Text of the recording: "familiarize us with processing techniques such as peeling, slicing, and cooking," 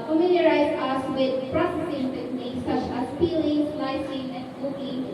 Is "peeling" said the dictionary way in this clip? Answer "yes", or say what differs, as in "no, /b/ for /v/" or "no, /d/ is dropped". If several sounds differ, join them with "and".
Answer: no, /f/ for /p/